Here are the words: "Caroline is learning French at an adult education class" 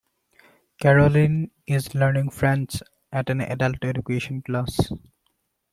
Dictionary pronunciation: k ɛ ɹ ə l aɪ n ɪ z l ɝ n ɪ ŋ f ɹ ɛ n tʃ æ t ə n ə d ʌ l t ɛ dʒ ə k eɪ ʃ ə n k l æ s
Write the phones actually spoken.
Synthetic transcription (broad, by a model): k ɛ ɹ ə l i n ɪ z l ɝ n ɪ ŋ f ɹ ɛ n s æ t ə n ə d ʌ l t ɛ dʒ ə k eɪ ʃ ə n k l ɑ s